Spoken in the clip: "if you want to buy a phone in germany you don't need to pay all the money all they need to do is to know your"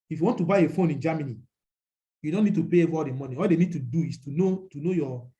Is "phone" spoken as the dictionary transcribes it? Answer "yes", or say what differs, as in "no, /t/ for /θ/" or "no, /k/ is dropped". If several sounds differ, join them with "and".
yes